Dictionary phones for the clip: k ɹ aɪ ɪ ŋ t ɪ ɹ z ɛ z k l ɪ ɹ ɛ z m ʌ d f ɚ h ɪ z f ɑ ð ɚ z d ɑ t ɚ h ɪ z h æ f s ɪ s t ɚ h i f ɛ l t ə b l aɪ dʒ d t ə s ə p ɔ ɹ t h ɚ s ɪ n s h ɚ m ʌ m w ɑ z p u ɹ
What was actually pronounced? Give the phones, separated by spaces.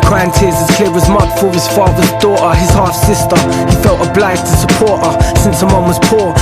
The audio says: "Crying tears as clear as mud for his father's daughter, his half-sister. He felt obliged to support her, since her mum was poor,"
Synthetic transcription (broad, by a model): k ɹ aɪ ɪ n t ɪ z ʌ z k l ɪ w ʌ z m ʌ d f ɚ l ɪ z f ɑ ð ɚ z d ɑ t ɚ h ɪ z h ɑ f s ɪ s t ɚ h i f ɛ l t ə b l aɪ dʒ t ə s ə p ɔ ɹ t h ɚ s ɪ n s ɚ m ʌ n w ɑ z p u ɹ